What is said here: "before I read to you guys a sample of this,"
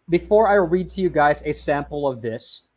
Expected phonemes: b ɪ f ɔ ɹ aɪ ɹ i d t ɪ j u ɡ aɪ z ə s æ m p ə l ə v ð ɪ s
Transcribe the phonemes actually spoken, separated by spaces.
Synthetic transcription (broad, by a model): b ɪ f ɔ ɹ aɪ ɹ i d t ɪ j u ɡ aɪ z ə s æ m p l ə v ð ɪ s